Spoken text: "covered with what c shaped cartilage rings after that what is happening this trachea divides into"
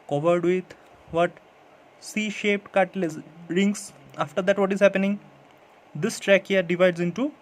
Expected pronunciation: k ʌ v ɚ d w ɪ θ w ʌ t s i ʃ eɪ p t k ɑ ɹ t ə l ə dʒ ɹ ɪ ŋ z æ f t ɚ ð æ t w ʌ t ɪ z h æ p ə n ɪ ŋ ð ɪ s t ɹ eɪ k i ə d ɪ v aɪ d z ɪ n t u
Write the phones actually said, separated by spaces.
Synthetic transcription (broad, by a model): k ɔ v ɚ d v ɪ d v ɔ t s i ʃ eɪ p t k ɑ t l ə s ɹ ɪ ŋ s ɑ f t ɚ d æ t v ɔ t ɪ z h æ p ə n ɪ ŋ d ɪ s t ɹ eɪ k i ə d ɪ v aɪ d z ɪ n t u